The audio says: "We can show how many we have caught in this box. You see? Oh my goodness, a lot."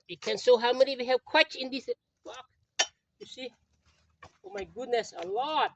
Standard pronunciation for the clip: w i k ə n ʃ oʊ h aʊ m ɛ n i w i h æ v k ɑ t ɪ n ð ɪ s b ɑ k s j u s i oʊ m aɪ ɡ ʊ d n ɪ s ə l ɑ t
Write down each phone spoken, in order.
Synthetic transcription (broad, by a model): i k ə n s oʊ h aʊ m ɛ n i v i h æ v k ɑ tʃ ɪ n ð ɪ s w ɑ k j u s i oʊ m aɪ ɡ ʊ d n ɪ s ə l ɑ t